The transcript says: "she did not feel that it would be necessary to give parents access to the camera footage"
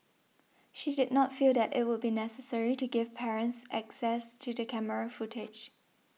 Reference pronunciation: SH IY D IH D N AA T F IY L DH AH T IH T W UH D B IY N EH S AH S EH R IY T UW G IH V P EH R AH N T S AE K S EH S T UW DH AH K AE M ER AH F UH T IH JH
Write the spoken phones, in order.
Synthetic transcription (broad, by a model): SH IY D IH D N AA T F IY L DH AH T IH T W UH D B IY N EH S AH S EH R IY T UW G IH V P EH R AH N T S AE K S EH S T UW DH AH K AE M ER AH F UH T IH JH